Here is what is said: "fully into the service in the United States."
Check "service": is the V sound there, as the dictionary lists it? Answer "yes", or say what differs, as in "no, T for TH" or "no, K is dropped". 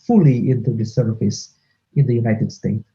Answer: no, F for V